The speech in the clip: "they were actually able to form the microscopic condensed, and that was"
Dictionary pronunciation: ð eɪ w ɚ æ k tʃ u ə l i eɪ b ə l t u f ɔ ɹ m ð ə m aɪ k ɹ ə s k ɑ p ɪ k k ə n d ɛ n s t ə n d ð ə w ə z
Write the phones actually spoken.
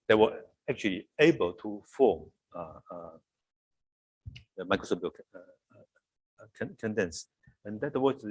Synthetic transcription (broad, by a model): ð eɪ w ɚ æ k tʃ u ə l i eɪ b ə l t u f ɔ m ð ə m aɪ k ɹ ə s ɑ b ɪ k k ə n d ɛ n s ə n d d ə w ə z